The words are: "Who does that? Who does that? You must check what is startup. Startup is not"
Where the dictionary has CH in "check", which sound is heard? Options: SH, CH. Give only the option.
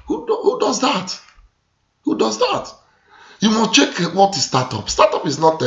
CH